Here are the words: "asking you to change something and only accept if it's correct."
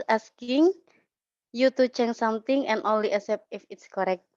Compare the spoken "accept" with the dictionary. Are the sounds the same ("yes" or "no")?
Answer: no